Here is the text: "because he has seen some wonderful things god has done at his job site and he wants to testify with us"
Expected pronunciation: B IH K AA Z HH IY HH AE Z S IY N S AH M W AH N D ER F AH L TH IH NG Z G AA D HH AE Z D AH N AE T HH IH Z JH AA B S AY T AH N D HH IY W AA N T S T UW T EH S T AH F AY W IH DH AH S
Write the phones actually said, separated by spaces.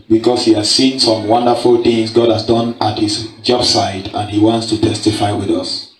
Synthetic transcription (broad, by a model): B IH K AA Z HH IY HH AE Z S IY N S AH M W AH N D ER F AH L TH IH NG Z G AA D HH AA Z D AH N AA T HH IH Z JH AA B S AY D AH N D HH IY W AA N T S T UW T EH S T AH F AY W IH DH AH S